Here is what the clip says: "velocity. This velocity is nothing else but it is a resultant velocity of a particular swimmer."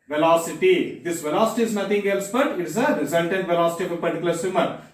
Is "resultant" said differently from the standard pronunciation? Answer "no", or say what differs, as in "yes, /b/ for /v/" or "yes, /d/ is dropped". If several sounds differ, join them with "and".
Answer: yes, /n/ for /l/